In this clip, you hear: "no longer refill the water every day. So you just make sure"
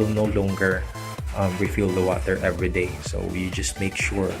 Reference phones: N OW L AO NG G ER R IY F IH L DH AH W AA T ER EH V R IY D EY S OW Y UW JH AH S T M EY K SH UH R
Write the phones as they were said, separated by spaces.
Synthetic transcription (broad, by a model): N OW L AO NG G ER R IY F IH L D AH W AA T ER EH V R IY D EY S OW Y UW JH AH S T M EY K SH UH R